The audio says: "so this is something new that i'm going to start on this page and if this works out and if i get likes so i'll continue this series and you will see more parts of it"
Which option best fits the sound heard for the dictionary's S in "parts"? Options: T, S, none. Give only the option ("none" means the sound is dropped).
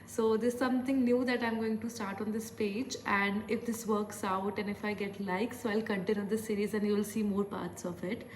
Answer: S